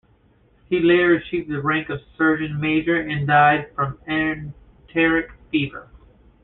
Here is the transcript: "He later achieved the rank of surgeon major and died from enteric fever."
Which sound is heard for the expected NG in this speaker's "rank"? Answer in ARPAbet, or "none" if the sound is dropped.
NG